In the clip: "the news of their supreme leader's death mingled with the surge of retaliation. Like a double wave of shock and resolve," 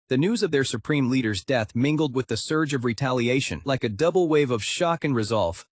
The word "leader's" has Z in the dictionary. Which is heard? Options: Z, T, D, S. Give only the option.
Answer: Z